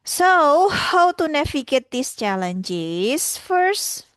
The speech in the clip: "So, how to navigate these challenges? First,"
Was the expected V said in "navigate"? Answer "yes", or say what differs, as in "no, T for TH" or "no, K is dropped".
no, F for V